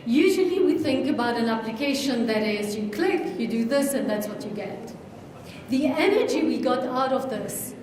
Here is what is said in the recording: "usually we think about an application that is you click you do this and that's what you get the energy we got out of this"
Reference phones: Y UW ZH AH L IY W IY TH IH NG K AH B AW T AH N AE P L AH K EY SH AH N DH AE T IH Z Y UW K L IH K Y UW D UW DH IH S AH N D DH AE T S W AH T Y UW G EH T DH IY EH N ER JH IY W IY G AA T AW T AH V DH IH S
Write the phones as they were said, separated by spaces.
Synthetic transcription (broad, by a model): Y UW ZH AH L IY W IY TH IH NG K AH B AW T AH N AE P L AH K EY SH AH N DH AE T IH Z Y UW K L IH K Y UW D UW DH IH S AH N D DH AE T S W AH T Y UW G EH T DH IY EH N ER JH IY W IY G AA T AW T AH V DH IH S